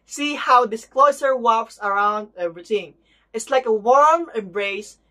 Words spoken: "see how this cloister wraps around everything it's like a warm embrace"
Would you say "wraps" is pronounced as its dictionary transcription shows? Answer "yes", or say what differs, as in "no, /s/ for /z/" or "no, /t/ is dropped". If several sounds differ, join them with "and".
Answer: no, /w/ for /ɹ/